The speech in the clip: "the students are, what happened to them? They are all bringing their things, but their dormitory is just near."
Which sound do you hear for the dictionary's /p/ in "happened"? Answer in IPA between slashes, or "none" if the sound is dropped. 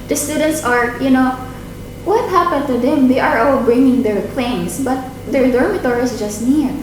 /p/